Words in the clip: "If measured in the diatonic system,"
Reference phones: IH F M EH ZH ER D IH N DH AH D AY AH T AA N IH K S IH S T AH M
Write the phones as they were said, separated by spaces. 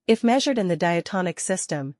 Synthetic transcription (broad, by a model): IH F M EH ZH ER D IH N DH AH D AY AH T AA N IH K S IH S T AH M